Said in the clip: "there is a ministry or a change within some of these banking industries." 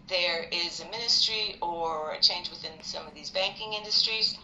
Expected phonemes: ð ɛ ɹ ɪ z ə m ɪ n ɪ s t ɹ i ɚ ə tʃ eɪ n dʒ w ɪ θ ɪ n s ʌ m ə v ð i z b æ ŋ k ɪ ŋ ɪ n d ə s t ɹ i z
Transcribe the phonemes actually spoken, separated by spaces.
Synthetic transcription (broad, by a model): ð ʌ ɹ ɪ z ə m ɪ n ɪ s t ɹ i ɚ ə tʃ eɪ n dʒ w ɪ θ ɪ n s ʌ m ə v ð i z b æ ŋ k ɪ ŋ ɪ n d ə s t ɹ i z